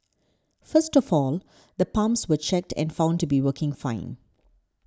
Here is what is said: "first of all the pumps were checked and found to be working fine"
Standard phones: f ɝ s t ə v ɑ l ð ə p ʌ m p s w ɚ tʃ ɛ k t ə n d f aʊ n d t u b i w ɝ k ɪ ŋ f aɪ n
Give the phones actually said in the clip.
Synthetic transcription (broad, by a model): f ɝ s t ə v ɑ l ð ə p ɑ m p s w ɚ tʃ ɛ k t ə n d f aʊ n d t u b i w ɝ k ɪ ŋ f aɪ n